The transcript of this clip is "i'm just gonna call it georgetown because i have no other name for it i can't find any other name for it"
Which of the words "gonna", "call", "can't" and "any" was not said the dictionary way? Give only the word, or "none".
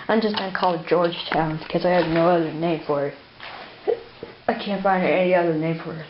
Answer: gonna